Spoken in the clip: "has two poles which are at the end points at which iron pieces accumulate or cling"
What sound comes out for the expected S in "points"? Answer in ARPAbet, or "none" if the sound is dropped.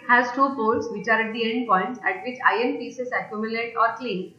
none